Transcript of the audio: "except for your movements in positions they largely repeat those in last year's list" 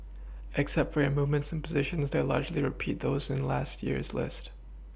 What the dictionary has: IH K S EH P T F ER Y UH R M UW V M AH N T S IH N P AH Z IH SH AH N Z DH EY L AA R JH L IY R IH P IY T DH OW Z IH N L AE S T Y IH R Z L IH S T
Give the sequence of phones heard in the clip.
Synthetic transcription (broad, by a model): IH K S EH P T F ER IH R M UW V M AH N T S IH N P AH Z IH SH AH N Z DH EY L AA R JH L IY R IH P IY T DH OW Z IH N L AE S T Y IH R Z L IH S T